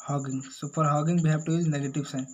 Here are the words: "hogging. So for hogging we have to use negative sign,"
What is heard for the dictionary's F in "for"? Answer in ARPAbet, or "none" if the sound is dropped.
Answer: P